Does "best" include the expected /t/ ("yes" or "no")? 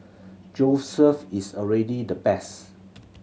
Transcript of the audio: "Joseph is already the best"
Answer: no